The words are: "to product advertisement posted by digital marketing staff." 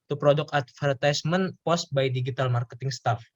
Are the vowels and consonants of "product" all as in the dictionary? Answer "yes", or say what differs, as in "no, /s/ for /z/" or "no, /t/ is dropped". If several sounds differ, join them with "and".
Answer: no, /t/ is dropped